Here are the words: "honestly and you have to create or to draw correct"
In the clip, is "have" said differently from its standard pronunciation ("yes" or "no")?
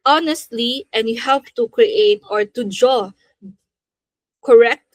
yes